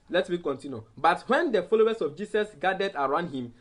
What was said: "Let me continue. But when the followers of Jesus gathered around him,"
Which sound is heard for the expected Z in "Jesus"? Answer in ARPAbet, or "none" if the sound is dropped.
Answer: S